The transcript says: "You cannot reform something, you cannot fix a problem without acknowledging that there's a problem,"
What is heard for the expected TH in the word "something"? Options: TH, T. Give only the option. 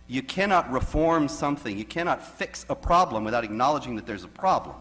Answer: TH